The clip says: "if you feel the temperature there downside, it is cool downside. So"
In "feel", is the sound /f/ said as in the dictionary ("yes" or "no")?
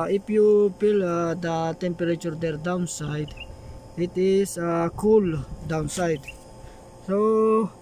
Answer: no